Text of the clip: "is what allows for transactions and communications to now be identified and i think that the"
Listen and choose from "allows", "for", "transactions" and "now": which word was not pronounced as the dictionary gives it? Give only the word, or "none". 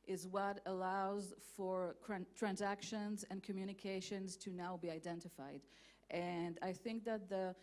none